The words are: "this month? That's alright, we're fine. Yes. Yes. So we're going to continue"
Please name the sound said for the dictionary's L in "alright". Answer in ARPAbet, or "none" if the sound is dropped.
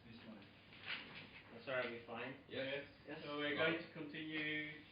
none